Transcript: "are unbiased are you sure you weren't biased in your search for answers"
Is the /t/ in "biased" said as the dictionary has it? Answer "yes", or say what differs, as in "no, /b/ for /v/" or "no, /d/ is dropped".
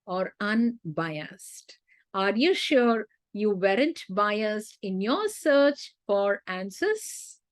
yes